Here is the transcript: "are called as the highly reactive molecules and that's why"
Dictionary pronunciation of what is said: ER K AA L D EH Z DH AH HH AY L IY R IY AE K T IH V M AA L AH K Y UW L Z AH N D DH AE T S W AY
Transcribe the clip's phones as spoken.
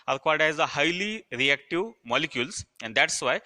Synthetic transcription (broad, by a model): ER K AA D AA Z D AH HH AY L IY R IY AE K T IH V M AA L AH K Y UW L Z AH N D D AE T S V AY